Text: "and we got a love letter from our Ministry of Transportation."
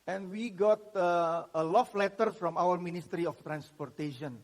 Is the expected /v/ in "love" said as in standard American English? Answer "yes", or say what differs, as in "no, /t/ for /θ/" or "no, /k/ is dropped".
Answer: no, /f/ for /v/